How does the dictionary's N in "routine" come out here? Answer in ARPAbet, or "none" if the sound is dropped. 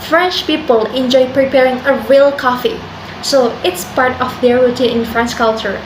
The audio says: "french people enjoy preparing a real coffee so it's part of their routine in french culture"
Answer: none